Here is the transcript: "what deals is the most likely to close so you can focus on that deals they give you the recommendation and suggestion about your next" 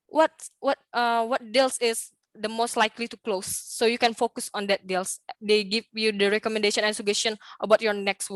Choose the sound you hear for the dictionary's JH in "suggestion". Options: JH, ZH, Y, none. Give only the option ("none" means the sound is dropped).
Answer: none